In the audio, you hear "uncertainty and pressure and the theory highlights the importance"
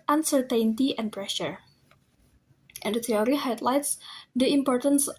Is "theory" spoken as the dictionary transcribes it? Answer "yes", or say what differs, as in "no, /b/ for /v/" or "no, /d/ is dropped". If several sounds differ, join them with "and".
no, /t/ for /θ/